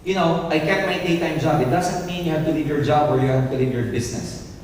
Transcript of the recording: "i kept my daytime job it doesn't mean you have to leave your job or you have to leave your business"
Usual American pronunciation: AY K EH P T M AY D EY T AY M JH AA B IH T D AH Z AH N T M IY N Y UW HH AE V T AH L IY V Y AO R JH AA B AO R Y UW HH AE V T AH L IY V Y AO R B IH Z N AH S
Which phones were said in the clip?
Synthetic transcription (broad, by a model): AY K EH T M AY D EY T AY M JH AA B IH T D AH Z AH N T M IY N Y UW HH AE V T AH L IY V Y AO R JH AA B AO R Y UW HH AE V T AH L IY V Y AO R B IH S N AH S